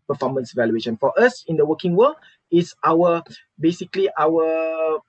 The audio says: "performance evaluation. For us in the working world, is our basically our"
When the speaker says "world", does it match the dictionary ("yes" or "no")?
no